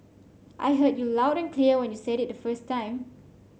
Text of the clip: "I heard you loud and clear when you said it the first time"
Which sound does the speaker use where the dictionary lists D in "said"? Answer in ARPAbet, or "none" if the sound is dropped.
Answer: D